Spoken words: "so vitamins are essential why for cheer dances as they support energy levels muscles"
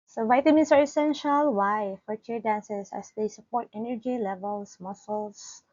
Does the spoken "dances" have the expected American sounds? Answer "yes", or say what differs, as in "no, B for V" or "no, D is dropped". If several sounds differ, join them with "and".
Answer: no, S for Z